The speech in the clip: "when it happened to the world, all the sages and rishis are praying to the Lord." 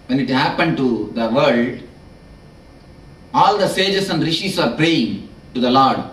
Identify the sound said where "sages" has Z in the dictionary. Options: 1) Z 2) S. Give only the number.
2